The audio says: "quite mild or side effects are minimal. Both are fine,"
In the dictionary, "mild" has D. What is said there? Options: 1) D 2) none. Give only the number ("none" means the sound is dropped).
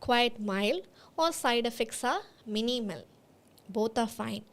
2